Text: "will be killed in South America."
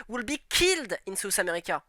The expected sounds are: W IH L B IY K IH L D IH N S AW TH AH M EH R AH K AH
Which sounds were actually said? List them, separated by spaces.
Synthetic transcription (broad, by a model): W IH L B IY K IH L D IH N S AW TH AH M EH R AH K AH